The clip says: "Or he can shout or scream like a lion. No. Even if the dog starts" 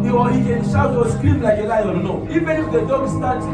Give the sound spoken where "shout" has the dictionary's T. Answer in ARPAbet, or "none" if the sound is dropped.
none